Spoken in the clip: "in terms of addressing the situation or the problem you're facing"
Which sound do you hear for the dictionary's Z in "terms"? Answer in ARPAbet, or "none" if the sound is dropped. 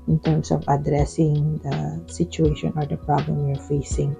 S